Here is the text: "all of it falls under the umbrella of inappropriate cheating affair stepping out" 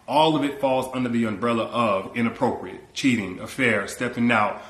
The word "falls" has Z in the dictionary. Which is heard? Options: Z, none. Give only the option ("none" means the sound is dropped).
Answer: Z